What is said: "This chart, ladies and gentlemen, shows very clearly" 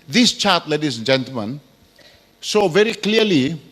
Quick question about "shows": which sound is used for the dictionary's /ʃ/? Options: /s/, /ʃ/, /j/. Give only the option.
/s/